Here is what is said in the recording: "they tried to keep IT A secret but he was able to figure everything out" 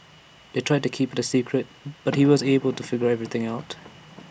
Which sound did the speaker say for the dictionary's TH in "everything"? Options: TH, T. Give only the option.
TH